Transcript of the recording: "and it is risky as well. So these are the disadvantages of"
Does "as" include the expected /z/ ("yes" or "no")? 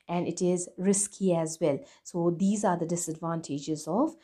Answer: yes